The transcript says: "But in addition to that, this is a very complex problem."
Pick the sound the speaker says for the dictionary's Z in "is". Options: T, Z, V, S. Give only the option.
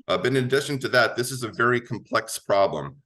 Z